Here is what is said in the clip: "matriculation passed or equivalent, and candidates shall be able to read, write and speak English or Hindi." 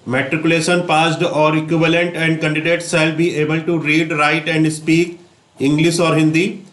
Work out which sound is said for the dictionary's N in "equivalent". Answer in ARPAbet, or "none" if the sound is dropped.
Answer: N